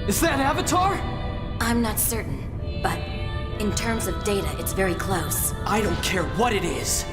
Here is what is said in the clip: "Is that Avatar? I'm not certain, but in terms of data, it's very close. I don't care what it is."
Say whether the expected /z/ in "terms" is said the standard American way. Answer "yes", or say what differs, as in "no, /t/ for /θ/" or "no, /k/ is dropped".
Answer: yes